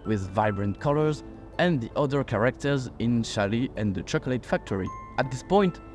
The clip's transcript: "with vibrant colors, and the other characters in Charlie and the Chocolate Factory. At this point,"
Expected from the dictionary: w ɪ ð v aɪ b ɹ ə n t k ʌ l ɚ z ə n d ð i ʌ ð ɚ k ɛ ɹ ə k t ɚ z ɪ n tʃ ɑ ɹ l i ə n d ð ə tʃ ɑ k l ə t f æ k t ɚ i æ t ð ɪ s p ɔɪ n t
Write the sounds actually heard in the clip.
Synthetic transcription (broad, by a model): w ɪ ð v aɪ b ɹ ə n t k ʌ l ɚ z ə n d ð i ʌ ð ɚ k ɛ ɹ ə k t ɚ z ɪ n ʃ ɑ l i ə n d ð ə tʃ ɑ k l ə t f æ k t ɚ i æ t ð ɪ s p ɔɪ n t